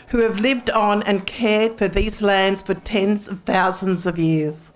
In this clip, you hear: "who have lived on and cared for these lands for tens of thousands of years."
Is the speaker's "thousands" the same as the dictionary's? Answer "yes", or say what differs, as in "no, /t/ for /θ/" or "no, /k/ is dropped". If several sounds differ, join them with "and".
yes